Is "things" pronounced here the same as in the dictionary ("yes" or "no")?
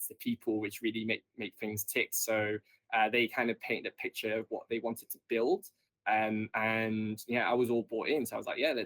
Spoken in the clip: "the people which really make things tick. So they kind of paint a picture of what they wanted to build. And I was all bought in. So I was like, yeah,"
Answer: yes